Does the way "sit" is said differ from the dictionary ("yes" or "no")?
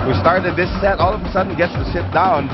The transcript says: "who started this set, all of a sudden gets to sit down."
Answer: yes